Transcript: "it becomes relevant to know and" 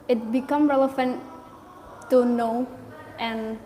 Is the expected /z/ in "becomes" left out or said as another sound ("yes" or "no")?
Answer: yes